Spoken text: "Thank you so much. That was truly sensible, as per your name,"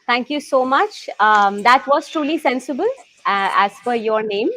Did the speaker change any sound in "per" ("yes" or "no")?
yes